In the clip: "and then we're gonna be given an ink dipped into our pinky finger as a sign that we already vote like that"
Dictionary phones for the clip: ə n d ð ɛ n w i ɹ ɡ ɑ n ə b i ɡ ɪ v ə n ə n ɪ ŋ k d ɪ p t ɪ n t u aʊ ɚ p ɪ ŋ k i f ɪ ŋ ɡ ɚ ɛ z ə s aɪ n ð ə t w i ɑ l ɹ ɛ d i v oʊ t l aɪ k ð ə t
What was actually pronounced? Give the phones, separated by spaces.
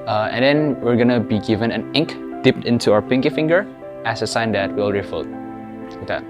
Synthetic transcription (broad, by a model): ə n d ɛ n w i ɹ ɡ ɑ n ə b i ɡ ɪ v ə n ə n ɪ ŋ k d ɪ p t ɪ n t u aʊ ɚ p ɪ ŋ k i f ɪ ŋ ɡ ɚ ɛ s ə s aɪ n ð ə t w i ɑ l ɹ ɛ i f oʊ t w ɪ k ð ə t